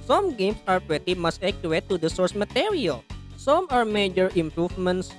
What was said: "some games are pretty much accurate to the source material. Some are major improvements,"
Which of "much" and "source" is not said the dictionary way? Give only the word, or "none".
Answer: much